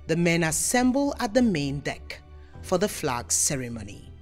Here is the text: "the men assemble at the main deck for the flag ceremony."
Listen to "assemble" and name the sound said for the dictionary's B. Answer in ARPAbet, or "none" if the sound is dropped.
B